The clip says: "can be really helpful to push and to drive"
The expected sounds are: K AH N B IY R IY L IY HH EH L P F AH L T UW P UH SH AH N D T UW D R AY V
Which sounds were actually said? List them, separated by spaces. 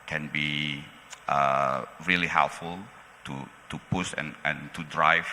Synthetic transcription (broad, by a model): K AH N B IY R IY L IY HH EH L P F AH L T UW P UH S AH N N T UW D R AY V